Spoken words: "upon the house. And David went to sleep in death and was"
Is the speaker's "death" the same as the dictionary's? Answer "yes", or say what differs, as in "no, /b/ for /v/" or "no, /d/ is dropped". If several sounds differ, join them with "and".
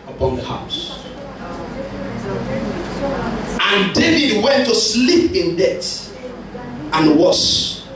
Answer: no, /t/ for /θ/